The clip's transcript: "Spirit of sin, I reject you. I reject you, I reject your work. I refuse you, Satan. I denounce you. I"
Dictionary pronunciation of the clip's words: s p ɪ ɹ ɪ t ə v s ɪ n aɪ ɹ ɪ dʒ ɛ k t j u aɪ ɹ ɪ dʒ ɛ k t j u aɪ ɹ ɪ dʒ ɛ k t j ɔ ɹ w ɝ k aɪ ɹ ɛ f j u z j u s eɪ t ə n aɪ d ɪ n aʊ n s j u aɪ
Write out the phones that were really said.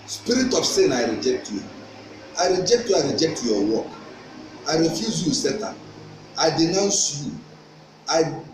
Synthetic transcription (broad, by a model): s p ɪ ɹ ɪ t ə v s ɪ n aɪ ɹ ɪ dʒ ɛ k t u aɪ ɹ ɪ dʒ ɛ k t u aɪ ɹ ɪ dʒ ɛ k t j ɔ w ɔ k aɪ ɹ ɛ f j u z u s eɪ t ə aɪ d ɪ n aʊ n s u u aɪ